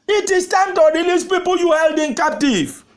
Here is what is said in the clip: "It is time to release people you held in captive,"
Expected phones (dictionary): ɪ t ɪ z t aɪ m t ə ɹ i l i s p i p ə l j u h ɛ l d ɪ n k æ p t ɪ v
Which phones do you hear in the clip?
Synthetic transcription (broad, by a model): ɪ t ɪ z t aɪ m t ə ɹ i l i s p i p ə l j u h ɛ l d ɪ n k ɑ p t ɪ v